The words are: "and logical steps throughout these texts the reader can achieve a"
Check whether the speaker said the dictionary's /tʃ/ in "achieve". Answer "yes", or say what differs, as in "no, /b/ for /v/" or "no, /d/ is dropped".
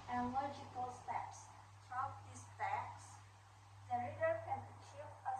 yes